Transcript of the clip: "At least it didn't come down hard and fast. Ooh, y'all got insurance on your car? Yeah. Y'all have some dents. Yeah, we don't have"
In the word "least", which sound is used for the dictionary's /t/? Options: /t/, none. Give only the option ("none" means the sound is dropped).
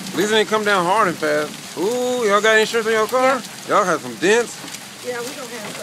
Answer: none